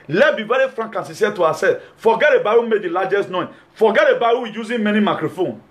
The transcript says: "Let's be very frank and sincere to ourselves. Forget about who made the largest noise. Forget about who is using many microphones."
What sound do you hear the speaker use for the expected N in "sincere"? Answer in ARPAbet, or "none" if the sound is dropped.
none